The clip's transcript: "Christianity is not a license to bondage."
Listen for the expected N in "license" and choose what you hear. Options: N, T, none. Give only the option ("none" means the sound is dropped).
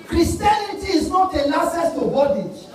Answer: none